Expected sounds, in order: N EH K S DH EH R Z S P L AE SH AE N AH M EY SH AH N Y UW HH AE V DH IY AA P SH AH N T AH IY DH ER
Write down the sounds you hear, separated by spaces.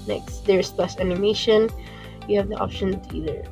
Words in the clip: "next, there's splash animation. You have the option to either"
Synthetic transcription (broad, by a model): N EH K S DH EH R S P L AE S AE N AH M EY SH AH N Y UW HH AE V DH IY AA P SH AH N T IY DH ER